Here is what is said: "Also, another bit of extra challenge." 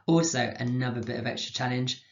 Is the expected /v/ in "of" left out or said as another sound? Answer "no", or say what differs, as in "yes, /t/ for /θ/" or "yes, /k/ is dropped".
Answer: no